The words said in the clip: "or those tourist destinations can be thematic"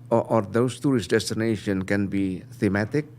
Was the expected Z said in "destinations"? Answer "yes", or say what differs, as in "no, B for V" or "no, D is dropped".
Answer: no, Z is dropped